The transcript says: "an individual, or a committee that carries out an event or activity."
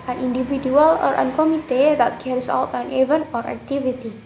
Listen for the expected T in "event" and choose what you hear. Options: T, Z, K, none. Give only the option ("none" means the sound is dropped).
none